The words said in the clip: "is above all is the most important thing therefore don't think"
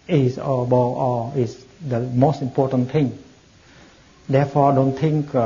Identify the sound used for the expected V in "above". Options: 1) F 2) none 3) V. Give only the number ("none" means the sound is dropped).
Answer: 2